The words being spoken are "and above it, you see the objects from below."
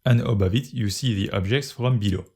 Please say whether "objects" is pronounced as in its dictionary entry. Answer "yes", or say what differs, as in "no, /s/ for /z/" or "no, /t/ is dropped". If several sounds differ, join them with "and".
yes